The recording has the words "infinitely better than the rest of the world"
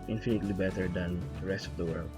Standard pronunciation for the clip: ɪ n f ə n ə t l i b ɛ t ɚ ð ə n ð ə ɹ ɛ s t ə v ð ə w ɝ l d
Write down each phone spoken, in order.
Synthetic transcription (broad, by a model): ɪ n f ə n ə t l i b ɛ t ɚ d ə n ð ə ɹ ɛ s t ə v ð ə w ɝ l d